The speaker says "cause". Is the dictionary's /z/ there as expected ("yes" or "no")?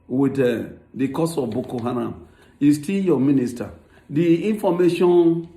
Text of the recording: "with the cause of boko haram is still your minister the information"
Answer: no